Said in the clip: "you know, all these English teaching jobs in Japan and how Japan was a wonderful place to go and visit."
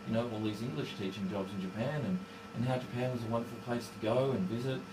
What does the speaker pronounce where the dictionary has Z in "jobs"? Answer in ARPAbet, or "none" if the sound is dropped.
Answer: Z